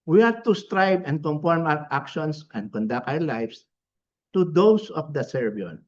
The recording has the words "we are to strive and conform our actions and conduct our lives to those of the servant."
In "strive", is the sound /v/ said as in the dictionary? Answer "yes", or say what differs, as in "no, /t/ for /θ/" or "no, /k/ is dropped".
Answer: no, /b/ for /v/